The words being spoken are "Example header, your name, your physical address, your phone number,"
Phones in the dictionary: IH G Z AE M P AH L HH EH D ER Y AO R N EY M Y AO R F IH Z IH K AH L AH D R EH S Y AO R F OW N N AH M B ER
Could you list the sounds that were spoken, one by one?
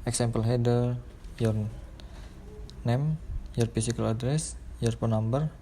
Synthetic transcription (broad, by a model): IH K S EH M P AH L HH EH D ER Y AO R N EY M Y AO R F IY S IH K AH L AH D R EH S Y AO R P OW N N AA M B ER